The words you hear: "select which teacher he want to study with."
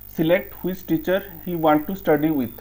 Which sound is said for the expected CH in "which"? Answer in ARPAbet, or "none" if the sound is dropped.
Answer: S